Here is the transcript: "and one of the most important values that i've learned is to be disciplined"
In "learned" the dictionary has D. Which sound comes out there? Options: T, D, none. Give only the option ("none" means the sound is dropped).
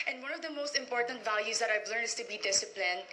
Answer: none